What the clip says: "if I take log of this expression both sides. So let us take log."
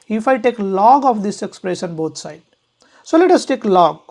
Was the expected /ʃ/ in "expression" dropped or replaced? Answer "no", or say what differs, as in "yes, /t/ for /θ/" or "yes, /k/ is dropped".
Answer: yes, /s/ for /ʃ/